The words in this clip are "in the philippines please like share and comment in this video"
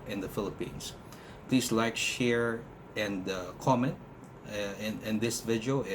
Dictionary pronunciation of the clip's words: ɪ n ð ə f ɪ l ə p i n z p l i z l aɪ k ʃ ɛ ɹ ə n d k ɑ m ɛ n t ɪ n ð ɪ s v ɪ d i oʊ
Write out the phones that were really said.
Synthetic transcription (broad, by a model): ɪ n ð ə f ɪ l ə p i n s p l i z l aɪ k ʃ ɛ ɹ ə n d k ɑ m ɛ n t ɪ n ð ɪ s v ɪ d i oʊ